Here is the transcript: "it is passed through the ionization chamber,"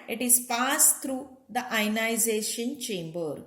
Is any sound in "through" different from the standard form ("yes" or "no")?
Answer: yes